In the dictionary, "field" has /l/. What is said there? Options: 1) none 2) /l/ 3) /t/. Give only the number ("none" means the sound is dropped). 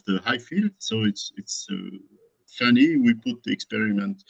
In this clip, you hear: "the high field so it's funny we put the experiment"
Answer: 2